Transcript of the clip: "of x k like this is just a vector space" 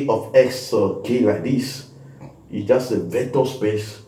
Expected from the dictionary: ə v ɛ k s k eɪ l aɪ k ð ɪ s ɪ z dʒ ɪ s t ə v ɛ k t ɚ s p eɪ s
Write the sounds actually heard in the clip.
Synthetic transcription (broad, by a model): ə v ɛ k s k eɪ l aɪ k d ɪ s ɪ s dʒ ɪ s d ə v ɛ t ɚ s p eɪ s